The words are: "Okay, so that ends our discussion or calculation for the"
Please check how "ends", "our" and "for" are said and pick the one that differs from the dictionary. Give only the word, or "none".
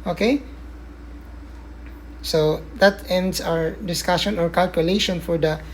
ends